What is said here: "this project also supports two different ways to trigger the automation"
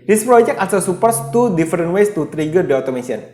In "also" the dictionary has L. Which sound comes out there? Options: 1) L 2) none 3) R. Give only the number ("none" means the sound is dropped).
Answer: 2